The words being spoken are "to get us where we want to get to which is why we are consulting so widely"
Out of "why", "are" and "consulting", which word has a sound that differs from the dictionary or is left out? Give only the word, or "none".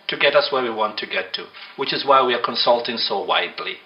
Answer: none